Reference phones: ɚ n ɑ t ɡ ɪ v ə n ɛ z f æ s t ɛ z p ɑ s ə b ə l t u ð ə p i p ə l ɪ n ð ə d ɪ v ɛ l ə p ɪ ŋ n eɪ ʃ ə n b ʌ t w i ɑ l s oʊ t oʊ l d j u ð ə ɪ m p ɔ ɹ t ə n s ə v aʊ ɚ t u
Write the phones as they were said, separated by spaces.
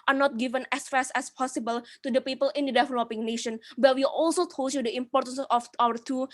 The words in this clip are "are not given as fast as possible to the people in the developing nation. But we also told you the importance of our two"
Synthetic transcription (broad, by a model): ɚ n ɑ t ɡ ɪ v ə n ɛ s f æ s ɛ s p ɑ s ə b ə l t u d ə p i p ə l ɪ n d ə d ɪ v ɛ l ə p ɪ ŋ n eɪ ʃ ə n b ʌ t w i ɑ l s oʊ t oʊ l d j u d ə ɪ m p ɔ ɹ t ə n s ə f aʊ ɚ t u